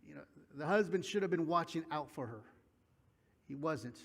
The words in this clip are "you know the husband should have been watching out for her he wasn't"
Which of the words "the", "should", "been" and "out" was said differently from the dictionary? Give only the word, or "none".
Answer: none